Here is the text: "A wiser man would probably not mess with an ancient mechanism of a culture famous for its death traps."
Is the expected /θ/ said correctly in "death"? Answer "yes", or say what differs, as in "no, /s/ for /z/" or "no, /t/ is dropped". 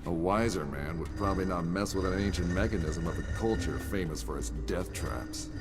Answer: yes